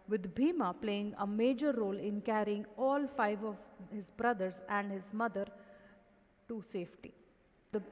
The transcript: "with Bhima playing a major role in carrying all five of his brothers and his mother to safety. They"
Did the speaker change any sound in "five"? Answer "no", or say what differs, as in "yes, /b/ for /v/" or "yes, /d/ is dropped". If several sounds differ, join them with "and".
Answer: no